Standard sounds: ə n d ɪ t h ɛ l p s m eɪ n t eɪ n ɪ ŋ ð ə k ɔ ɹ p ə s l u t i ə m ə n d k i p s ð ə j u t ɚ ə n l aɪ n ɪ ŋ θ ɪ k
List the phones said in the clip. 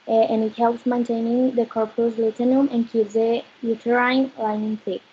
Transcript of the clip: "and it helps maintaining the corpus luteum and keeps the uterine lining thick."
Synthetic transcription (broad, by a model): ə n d ɪ t h ɛ l p s m eɪ n t eɪ n ɪ ŋ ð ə k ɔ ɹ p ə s l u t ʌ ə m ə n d k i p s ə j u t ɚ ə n l aɪ n ɪ ŋ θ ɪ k